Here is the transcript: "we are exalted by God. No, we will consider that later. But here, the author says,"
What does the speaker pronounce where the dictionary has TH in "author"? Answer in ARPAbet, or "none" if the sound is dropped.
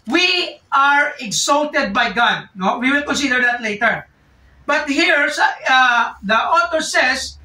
T